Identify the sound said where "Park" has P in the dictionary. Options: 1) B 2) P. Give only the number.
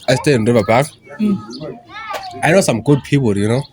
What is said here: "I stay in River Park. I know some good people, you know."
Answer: 1